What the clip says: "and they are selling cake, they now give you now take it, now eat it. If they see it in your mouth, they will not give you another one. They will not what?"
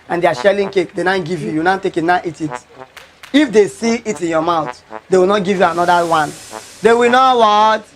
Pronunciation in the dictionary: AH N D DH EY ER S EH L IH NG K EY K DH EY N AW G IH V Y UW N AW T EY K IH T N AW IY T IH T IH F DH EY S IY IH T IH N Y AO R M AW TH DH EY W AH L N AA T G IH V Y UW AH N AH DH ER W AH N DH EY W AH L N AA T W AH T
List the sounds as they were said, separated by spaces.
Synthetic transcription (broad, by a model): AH N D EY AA SH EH L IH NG K EY K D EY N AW G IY V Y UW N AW T EY K IH T N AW IY T IH T IH F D EY S IY IH T IH N Y AO M AW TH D EY W AH L N AA T G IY V Y UW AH N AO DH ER W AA N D EY W AH L N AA W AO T